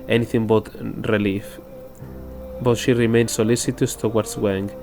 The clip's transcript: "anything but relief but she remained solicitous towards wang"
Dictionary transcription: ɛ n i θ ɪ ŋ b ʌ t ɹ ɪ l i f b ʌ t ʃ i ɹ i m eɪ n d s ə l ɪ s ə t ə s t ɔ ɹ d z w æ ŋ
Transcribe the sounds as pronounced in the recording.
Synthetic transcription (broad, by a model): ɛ n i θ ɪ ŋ b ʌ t ɹ ɪ l i f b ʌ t ʃ i ɹ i m eɪ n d s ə l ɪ s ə t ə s t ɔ w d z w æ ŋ